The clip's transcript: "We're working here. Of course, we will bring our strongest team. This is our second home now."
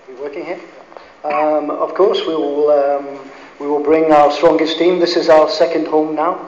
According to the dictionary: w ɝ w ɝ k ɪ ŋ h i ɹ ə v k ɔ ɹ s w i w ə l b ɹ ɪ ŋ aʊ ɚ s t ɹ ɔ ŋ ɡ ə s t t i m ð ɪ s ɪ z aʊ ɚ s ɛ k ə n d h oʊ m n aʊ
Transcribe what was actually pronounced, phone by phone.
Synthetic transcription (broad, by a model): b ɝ w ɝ k ɪ ŋ h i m ə v k ɔ ɹ s w i w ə l b ɹ ɪ ŋ aʊ ɚ s t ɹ ɔ ŋ ɡ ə s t t i m ð ɪ s ɪ z aʊ ɚ s ɛ k ə n d h oʊ m n aʊ